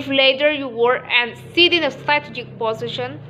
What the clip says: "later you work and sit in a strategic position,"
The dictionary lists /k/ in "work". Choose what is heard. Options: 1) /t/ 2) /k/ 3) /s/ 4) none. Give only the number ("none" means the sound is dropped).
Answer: 4